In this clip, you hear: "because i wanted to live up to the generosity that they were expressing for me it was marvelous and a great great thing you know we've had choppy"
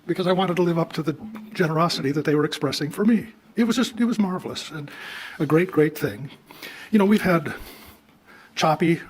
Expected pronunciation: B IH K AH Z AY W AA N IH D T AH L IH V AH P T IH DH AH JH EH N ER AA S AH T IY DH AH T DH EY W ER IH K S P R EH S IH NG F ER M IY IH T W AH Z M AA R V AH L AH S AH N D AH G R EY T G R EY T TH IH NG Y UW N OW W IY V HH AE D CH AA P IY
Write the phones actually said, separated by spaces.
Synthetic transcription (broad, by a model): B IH K AH Z AY W AA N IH D T AH L IH V AH P T IH DH AH JH EH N ER AA S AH T IY DH AH T DH EY W ER IH K S P R EH S IH NG F ER M IY IH T W AH Z M AA R V L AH S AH N AH G R EY T G R EY T TH IH NG Y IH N OW W IY V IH D CH AA P IY